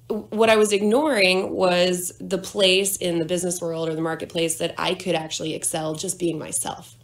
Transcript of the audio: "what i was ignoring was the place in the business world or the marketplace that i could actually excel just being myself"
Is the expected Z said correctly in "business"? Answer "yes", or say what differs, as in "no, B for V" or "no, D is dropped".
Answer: yes